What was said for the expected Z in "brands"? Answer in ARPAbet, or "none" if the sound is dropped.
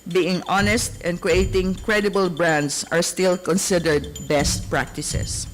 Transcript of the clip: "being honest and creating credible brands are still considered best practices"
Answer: S